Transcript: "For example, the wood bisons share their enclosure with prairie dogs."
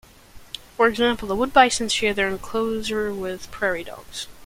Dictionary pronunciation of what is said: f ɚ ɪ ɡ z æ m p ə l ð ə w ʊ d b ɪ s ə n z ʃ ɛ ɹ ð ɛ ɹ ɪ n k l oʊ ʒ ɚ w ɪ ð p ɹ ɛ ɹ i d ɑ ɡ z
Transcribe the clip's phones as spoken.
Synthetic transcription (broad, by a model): f ɚ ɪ ɡ z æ m p l ð ə w ʊ d b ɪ s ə n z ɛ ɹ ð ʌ ɹ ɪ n k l oʊ z ɚ w ɪ ð p ɹ ɛ ɹ i d ɑ ɡ z